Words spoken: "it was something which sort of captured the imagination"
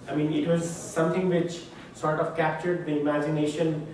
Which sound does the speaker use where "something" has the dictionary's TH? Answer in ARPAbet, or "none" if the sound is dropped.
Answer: T